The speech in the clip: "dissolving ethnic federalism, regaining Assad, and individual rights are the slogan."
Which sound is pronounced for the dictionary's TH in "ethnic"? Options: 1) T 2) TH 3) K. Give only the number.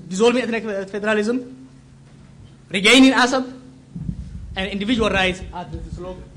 1